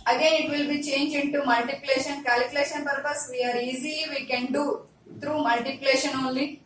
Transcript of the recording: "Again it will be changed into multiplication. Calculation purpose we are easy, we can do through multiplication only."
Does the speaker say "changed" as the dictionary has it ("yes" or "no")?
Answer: no